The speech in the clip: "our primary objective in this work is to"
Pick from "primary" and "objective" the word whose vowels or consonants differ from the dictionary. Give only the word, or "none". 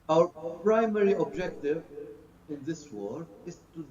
none